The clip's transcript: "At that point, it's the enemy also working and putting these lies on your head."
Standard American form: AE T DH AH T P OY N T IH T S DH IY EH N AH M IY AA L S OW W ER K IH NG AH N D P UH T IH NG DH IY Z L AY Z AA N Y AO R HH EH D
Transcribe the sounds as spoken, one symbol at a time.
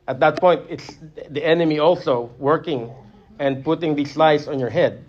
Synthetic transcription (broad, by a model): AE T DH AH T P OY N T IH T S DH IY EH N AH M IY AA L S OW W ER K IH NG AH N D P UH T IH NG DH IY S L AY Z AA N Y AO R HH EH D